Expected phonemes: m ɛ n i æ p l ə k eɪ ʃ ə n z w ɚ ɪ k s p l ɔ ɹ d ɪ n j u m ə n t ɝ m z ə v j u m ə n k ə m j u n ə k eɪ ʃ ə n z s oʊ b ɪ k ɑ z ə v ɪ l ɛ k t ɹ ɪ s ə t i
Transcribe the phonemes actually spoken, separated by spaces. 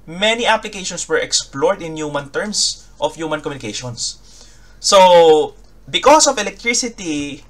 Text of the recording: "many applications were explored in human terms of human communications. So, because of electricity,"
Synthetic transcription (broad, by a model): m ɛ n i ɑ p l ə k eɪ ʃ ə n s w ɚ ɪ k s p l ɔ ɹ d ɪ n j u m ə n t ɝ m s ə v j u m ə n k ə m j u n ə k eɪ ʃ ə n s oʊ b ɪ k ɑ s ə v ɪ l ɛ k t ɹ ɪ s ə t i